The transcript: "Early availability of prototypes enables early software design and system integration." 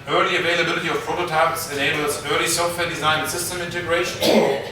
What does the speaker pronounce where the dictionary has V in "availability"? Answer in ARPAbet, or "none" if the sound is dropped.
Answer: V